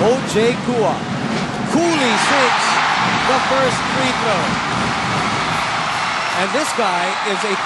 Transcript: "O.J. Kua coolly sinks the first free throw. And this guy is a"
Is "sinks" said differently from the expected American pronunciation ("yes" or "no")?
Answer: yes